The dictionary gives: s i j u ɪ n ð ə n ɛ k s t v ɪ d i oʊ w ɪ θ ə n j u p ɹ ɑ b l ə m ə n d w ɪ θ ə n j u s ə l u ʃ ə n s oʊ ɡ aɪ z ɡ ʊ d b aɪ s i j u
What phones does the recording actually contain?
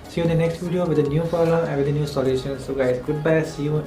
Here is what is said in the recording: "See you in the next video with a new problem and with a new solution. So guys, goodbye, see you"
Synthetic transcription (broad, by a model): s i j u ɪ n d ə n ɛ k s t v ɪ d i oʊ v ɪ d ə n j u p ɑ l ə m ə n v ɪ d ə n j u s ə l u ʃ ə n s oʊ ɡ aɪ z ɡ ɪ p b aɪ s i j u